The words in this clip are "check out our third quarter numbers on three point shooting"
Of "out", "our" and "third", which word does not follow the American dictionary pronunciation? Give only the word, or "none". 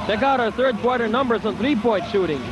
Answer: none